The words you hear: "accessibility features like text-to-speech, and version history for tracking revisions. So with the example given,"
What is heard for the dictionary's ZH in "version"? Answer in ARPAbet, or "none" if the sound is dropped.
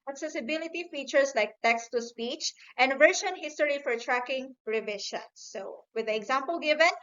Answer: SH